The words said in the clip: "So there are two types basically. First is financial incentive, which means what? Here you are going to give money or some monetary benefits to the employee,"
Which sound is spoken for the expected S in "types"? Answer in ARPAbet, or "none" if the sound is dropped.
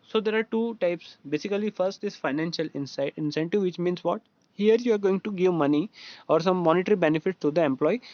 S